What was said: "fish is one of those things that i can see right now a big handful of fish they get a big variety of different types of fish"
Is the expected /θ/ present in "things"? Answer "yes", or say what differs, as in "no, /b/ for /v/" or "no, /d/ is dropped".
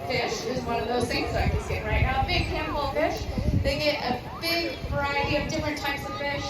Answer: no, /s/ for /θ/